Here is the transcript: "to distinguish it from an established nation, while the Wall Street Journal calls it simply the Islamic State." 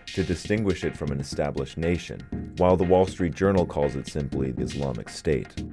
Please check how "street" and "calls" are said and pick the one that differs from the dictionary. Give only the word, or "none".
none